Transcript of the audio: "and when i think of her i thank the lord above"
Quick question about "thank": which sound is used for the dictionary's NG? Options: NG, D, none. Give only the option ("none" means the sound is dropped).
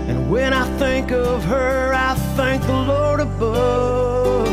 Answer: NG